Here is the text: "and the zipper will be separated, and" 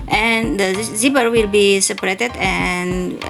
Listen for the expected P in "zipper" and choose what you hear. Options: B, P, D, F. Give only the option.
B